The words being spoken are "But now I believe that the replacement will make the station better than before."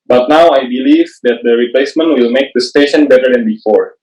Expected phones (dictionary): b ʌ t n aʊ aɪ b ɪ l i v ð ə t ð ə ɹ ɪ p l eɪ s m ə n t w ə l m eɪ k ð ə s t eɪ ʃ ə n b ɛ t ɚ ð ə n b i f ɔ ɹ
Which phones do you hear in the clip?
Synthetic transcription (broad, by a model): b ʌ t n aʊ aɪ b ɪ l i v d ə t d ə ɹ ɪ p l eɪ s m ə n t w ə l m eɪ k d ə s t eɪ ʃ ə n b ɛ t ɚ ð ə n b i f ɔ ɹ